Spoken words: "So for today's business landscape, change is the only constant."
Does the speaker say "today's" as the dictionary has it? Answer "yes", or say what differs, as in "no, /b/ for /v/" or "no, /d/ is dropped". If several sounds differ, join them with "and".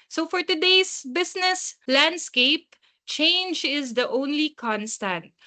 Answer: no, /s/ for /z/